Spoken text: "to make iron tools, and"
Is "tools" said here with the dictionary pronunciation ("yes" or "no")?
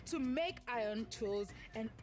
yes